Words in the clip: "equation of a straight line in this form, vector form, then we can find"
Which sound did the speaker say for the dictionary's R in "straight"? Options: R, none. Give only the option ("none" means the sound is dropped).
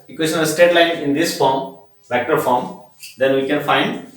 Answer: none